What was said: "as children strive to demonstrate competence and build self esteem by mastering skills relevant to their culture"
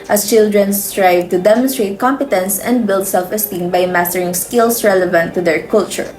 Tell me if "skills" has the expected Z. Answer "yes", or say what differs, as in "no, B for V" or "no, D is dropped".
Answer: no, S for Z